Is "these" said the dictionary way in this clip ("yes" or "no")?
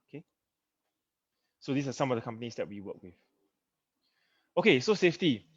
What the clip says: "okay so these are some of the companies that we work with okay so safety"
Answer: no